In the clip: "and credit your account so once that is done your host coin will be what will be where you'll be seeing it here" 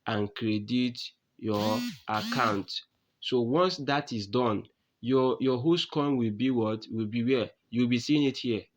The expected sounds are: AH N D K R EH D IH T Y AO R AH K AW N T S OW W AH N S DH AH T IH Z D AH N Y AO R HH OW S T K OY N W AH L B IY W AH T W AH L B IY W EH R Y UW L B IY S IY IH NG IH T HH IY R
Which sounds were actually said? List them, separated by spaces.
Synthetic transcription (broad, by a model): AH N K R EH D IH T Y AO AH K AW N T S OW W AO N S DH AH T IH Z D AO N Y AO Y HH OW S K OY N W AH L B IY W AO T W AH L B IY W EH Y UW W B IY S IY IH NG IH T HH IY